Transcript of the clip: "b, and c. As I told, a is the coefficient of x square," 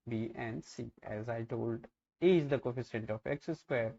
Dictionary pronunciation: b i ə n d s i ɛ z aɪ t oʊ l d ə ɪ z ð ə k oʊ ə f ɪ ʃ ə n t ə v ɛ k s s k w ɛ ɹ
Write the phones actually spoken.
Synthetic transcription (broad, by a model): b i ə n d s i ɛ z aɪ t oʊ l d ə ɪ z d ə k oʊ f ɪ s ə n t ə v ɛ k s s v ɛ ɹ